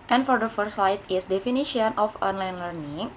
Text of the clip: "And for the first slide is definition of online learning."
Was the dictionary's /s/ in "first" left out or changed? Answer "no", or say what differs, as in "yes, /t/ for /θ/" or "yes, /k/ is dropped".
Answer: yes, /s/ is dropped